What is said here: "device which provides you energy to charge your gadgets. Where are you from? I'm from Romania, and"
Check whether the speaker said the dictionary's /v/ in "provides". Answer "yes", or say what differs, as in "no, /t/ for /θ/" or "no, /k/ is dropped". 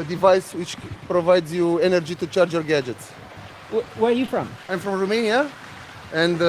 yes